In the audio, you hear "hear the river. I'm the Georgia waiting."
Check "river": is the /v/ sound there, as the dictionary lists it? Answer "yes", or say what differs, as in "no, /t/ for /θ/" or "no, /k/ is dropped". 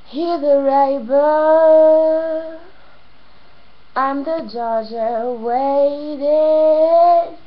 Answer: no, /b/ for /v/